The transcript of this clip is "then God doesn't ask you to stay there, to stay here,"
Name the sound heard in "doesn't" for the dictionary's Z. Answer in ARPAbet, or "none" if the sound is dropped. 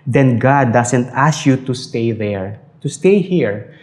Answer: S